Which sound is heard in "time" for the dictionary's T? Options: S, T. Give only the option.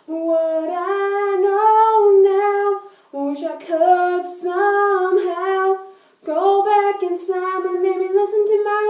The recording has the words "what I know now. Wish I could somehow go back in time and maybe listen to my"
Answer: S